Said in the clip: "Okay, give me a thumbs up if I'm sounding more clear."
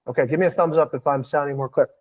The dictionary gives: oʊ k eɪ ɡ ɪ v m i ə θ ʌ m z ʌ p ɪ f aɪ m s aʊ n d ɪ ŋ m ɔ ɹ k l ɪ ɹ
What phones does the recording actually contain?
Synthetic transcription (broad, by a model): oʊ k eɪ ɡ ɪ v m i ə θ ʌ m z ʌ p ɪ f aɪ m s aʊ n d ɪ ŋ m ɔ ɹ k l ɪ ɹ